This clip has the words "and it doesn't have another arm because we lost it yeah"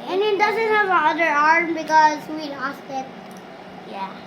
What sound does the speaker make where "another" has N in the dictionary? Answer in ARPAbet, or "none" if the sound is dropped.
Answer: none